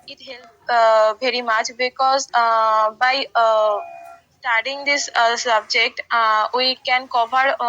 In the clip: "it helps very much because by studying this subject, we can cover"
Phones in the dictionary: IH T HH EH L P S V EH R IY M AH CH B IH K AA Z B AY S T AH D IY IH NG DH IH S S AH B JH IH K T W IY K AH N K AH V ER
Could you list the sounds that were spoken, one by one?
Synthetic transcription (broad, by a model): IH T HH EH L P V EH R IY M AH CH B IH K AA Z B AY S T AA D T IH NG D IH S S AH B JH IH K T W IY K AH N K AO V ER